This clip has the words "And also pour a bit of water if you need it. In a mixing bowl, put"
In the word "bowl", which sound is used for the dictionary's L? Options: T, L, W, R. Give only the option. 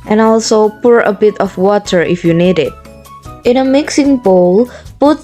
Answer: L